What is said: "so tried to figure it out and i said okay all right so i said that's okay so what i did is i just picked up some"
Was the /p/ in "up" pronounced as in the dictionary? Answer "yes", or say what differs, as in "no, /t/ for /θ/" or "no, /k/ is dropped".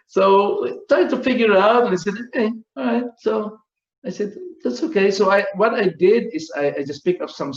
no, /f/ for /p/